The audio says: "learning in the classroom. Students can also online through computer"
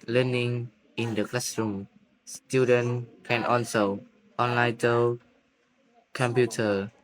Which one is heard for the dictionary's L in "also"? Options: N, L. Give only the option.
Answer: N